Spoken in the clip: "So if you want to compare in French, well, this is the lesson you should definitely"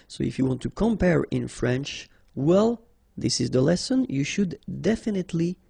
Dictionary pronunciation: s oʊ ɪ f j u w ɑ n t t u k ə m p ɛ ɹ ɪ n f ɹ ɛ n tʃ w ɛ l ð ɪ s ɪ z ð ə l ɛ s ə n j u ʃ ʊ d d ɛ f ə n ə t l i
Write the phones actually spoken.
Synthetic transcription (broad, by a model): s oʊ ɪ f j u w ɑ n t t u k ə m p ɛ ɹ ɪ n f ɹ ɛ n tʃ w ɛ l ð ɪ s ɪ z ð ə l ɛ s ə n j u ʃ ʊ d d ɛ f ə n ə t l i